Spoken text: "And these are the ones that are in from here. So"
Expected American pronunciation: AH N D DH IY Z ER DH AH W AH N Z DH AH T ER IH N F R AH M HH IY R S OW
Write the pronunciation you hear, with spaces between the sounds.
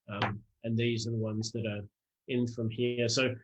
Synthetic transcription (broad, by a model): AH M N DH IY Z ER DH AH W AH N Z DH AH T ER IH N F R AH M HH IY R S OW